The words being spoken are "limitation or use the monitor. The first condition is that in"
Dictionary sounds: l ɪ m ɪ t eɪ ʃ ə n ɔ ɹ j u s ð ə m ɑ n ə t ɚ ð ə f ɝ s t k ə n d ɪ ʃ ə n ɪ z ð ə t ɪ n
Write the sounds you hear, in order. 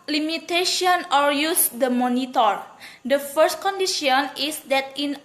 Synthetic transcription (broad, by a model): l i m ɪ t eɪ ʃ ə n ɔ l j u s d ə m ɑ n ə t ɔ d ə f ɝ s t k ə n d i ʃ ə n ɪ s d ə t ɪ n